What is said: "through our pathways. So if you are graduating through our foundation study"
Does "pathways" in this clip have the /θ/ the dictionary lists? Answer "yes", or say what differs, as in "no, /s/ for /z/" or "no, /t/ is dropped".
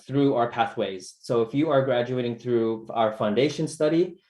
yes